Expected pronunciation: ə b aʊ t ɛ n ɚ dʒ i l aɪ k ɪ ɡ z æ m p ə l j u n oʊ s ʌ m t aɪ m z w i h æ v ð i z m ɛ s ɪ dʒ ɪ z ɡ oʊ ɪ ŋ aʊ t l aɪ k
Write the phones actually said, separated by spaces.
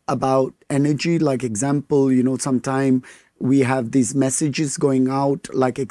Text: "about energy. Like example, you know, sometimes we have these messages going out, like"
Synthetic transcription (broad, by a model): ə b aʊ t ɛ n ɚ dʒ i l aɪ k ɪ ɡ z æ m p ə l j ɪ n oʊ s ʌ m t aɪ m w i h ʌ v ð i z m ɛ s ɪ dʒ ɪ z ɡ oʊ ɪ ŋ aʊ t l aɪ k